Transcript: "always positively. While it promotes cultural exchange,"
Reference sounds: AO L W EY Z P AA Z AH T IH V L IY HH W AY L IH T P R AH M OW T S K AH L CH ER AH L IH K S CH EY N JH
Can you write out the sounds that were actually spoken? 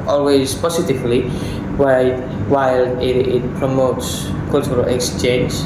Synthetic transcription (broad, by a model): AO L W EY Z P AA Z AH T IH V L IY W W AY L IH T P R AH M OW T S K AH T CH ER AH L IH K S CH EY N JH